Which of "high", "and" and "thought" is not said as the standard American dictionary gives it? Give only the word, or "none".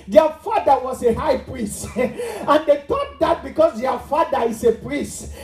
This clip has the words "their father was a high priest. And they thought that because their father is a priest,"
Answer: thought